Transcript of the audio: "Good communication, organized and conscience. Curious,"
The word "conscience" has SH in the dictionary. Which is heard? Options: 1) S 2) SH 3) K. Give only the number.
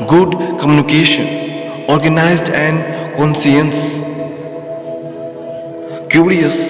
1